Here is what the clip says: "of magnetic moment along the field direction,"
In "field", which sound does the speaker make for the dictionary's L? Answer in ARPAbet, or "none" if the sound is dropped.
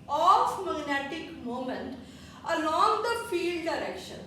L